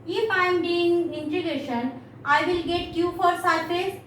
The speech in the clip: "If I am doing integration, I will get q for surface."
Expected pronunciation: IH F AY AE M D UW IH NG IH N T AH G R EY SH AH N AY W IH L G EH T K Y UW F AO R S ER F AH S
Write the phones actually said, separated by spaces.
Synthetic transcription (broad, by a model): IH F AY M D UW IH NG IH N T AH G EY SH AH N AY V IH L G EH T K Y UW F AO R S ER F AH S